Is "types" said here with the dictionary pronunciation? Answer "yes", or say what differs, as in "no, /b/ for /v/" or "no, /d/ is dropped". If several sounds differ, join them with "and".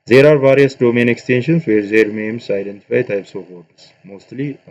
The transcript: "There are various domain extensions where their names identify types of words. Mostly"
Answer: yes